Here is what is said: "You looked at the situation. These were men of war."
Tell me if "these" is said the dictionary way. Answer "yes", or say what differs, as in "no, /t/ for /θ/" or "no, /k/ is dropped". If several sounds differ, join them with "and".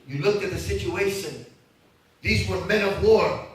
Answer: yes